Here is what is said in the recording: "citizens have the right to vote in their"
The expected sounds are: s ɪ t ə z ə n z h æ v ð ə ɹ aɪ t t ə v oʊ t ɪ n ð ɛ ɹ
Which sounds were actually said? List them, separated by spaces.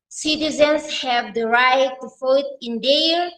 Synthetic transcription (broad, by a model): s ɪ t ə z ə n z h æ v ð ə ɹ aɪ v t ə f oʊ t ɪ n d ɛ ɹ